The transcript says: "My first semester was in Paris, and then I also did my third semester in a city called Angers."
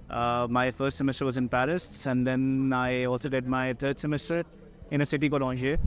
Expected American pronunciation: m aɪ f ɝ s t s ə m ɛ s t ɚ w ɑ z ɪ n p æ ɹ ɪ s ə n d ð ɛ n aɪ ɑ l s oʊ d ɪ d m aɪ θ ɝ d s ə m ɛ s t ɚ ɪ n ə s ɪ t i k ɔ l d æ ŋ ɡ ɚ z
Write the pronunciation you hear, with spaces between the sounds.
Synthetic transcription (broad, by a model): m aɪ f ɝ s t s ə m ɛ s t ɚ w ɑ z ɪ n p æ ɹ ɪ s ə n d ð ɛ n aɪ ɑ l s oʊ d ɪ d m aɪ t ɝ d s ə m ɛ s t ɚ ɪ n ə s ɪ t i k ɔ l ɔ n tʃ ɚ